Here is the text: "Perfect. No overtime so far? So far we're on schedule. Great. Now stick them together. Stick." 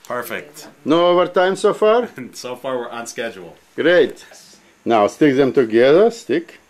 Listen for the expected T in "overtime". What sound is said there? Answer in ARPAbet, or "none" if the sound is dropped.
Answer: T